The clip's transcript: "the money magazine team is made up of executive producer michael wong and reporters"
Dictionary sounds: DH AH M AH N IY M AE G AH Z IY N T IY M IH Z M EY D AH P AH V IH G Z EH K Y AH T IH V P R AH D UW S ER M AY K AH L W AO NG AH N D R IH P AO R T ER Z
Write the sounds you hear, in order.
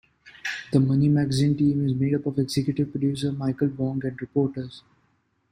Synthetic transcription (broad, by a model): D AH M AH N IY M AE G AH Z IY N T IY M IH Z M EY D AH P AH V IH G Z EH K Y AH T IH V P R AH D UW S ER M AY K AH L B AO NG AH N D R IH P AO R T ER Z